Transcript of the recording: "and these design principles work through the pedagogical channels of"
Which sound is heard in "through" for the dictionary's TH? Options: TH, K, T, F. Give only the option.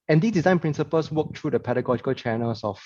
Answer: T